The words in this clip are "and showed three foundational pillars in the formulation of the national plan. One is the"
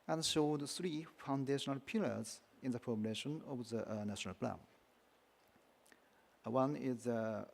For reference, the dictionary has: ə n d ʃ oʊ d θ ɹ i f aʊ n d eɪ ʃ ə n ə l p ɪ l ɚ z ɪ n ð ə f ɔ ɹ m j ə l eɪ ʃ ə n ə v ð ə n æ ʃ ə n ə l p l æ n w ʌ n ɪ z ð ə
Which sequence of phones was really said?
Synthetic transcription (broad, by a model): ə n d ʃ oʊ d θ ɹ i f aʊ n d eɪ ʃ ə n ə l p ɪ l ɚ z ɪ n ð ə p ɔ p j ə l eɪ ʃ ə n ə v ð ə n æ ʃ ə n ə l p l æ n w ʌ n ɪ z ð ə